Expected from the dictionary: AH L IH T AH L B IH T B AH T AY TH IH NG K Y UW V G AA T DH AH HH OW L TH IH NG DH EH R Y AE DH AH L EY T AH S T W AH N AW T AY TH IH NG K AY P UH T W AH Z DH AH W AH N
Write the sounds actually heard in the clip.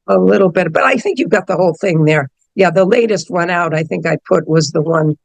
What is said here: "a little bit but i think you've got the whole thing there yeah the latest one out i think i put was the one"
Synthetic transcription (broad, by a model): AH L IH T L B IH T B AH T AY TH IH NG K Y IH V G AA T DH AH HH OW L TH IH NG DH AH R Y AE DH AH L EY T AH S T W AH N AW T AY TH IH NG K AY P UH T W AH Z DH AH W AH N